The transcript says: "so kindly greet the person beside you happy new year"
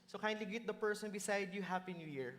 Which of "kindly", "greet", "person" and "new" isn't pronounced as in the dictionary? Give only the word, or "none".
greet